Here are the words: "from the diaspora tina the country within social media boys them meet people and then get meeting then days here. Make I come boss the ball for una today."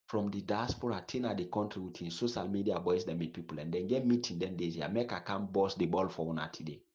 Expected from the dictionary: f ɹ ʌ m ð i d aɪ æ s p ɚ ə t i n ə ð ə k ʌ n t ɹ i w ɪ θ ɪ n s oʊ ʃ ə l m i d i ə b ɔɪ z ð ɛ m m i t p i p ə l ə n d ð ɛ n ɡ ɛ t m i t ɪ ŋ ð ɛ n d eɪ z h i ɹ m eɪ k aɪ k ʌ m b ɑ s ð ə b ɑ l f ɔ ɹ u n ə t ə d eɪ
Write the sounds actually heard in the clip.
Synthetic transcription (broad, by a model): f ɹ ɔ m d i d aɪ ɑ s p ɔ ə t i n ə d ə k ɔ n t ɹ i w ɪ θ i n s oʊ ʃ ə l m i d i ə b ɔɪ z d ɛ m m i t p i p ə l ə n d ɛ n ɡ ɛ t m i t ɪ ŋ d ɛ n d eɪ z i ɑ m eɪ k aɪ k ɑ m b ɑ s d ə b ɑ l f ɔ w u n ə t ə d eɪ